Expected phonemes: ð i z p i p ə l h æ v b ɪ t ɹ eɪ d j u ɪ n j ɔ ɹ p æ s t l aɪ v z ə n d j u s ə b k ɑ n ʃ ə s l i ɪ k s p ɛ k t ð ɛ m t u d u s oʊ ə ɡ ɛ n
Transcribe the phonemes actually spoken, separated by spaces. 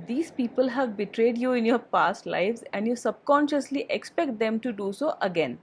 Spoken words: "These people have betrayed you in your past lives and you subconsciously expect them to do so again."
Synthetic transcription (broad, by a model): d i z p i p ə l h æ v b ɪ t ɹ eɪ d j u ɪ n j ɔ ɹ p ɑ s t l aɪ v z ə n d j u s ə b k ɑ n ʃ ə s l i ɪ k s p ɛ k t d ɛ m t u d u s oʊ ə ɡ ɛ n